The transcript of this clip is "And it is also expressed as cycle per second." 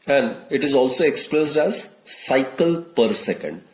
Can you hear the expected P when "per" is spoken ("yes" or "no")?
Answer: yes